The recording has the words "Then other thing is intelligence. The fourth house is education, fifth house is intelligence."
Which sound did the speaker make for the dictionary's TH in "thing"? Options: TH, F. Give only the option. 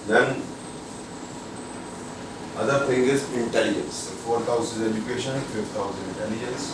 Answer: F